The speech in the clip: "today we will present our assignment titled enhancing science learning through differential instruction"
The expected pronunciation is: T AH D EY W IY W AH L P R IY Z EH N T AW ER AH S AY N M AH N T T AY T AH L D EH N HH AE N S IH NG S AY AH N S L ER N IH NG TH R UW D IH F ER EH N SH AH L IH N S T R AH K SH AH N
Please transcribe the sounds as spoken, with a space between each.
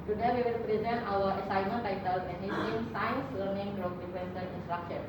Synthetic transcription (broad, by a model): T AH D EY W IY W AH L P R IY Z EH N T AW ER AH S AY M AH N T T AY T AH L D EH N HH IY S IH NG S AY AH N S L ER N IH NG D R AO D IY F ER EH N S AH N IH N S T R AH K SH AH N